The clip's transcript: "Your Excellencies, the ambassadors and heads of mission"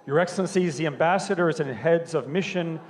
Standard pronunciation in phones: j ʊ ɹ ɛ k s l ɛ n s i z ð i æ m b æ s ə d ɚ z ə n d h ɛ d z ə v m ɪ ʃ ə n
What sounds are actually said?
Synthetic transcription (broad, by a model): j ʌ ɹ ɛ k s l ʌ n s i z ð i æ m b æ s ə d ɚ z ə n h ɛ d z ə v m ɪ ʃ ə n